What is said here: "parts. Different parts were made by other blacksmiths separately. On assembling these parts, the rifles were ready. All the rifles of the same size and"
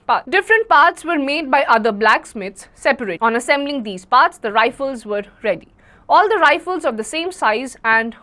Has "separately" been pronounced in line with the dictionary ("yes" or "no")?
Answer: no